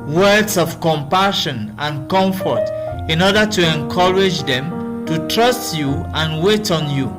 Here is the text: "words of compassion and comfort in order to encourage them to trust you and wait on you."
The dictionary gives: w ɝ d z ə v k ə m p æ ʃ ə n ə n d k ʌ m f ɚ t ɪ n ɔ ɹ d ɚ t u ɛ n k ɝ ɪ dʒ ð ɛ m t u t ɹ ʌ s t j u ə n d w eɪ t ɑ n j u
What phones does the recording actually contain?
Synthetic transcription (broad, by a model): w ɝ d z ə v k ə m p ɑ ʃ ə n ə n k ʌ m f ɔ t ɪ n ɔ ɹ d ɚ t u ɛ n k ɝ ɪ dʒ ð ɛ m t u t ɹ ʌ s t j u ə n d w eɪ t ɑ n j u